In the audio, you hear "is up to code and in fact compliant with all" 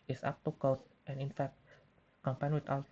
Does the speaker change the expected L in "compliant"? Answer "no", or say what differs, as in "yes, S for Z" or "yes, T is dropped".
yes, L is dropped